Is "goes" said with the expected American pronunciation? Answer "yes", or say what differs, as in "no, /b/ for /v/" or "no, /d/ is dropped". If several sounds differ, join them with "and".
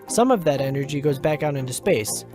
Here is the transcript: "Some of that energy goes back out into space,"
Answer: yes